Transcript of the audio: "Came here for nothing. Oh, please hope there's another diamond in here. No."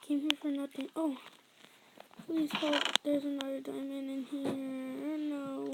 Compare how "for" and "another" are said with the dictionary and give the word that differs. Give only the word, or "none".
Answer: another